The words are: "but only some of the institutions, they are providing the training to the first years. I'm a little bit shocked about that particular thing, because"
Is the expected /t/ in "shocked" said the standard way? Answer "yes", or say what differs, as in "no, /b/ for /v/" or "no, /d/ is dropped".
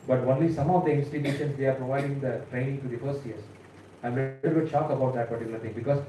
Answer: no, /t/ is dropped